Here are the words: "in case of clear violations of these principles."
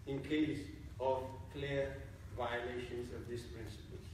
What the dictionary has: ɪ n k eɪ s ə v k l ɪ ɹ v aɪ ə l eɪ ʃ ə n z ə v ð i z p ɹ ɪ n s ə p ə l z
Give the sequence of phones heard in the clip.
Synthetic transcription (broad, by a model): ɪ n k eɪ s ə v k l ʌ ɹ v aɪ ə l eɪ ʃ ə n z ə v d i s p ɹ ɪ n s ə p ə l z